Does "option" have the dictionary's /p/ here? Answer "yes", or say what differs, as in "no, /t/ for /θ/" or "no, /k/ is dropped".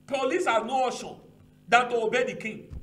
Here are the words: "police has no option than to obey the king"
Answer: no, /p/ is dropped